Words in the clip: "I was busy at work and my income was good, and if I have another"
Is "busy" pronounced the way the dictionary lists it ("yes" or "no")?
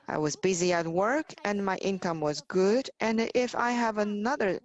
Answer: yes